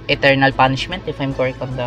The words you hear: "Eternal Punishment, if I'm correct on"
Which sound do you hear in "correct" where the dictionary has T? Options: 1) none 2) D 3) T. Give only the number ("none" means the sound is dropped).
1